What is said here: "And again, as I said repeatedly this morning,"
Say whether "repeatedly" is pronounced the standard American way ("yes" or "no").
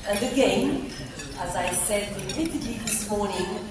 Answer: no